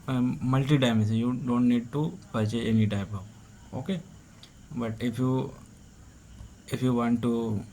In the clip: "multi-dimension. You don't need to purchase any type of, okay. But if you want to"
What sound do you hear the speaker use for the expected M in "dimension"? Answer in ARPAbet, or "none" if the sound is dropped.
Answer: none